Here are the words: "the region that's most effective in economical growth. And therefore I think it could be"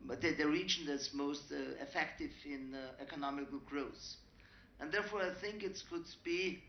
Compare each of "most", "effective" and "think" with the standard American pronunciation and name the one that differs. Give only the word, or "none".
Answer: none